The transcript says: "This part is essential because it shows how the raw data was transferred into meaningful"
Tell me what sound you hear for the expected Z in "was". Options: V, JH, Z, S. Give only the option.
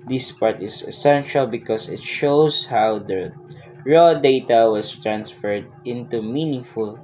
S